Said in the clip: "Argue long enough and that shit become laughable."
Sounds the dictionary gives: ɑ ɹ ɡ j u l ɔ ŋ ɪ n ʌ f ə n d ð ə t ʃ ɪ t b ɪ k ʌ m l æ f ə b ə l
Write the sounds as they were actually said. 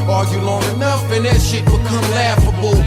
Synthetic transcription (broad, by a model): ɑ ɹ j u l ɔ ŋ ɪ n ʌ f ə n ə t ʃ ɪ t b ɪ k ʌ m l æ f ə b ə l